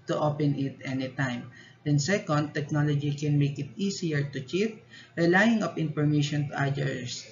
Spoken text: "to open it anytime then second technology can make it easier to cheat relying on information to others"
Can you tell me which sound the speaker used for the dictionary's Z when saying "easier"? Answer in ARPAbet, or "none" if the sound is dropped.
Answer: S